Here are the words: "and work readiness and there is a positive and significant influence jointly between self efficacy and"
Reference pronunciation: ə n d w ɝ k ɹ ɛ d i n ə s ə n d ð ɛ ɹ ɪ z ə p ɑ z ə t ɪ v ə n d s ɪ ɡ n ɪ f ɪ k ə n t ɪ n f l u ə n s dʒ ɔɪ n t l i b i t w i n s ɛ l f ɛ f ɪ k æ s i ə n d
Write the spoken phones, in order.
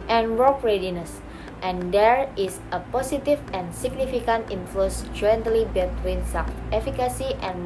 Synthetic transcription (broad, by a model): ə n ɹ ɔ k ɹ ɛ d i n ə s ə n d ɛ ɹ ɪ s ə p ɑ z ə t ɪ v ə n s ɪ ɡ n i f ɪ k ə n t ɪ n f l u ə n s dʒ ɔɪ n t l i b i t w i n s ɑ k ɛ f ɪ k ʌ s i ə n